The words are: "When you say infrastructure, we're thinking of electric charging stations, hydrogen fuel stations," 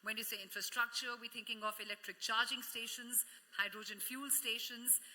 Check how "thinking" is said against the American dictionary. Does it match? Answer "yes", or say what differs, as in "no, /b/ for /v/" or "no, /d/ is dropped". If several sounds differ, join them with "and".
no, /t/ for /θ/